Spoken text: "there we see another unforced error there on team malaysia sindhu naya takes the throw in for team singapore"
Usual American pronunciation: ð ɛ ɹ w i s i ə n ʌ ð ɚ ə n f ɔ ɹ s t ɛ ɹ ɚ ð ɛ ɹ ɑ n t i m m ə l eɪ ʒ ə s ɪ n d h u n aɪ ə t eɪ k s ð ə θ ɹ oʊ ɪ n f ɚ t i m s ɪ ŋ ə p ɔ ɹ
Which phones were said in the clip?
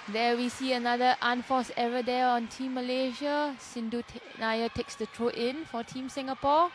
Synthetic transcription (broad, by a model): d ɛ w i s i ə n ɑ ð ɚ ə n f ɔ s ɛ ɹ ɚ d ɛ ɑ n t i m m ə l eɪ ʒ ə s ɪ n d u n aɪ ə t eɪ k s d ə t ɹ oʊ ɪ n f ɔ t i m s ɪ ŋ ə p ɔ